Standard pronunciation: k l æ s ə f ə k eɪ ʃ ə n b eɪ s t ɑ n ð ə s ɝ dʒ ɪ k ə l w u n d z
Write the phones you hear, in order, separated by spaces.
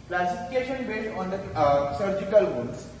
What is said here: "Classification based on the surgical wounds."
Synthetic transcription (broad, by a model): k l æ s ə f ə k eɪ ʃ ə n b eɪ t ɑ n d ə s ɝ dʒ ɪ k ə l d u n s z